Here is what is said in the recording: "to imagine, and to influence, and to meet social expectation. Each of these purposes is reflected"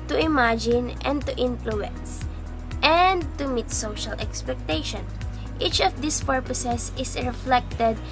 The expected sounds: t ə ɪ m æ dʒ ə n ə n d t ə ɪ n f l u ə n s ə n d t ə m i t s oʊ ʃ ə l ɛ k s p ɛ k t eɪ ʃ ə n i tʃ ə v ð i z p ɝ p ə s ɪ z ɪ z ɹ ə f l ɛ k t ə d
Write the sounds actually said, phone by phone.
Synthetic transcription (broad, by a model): t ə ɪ m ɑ dʒ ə n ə n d t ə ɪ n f l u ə n s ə n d t ə m i t s oʊ ʃ ə l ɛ k s p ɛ k t eɪ ʃ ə n i tʃ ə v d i s p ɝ p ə s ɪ s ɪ s ɹ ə f l ɛ k t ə d